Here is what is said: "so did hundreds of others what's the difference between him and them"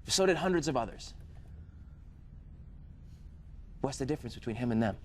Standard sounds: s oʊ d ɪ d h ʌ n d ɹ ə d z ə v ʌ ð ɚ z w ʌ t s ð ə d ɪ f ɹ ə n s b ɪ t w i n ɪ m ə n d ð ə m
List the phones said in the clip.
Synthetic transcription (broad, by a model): s oʊ d ɪ d h ʌ n d ɹ ə d z ə v ʌ ð ɚ z w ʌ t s ð ə d ɪ f ɹ ə n s b ɪ t w i n ɪ m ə n ð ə m